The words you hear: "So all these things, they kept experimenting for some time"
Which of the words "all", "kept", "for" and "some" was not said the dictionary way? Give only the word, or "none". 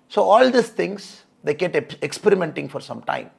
kept